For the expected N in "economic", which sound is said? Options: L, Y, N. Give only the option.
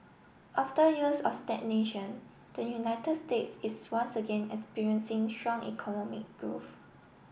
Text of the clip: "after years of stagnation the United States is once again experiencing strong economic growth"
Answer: N